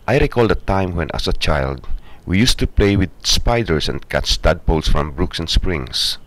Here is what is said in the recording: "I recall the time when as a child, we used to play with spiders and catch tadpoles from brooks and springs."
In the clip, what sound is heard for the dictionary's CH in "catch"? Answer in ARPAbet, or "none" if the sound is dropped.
S